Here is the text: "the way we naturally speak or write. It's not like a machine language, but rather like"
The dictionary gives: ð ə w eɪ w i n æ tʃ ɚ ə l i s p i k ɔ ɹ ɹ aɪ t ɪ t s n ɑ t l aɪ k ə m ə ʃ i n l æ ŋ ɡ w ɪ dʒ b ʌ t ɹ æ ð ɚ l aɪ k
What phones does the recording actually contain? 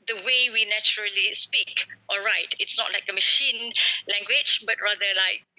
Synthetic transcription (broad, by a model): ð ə w eɪ w i n æ tʃ ɚ ə l i s p i k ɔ l ɹ aɪ t ɪ t s n ɑ t l aɪ k ə m ə ʃ i n l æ ŋ ɡ w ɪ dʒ b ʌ t ɹ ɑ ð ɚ l aɪ k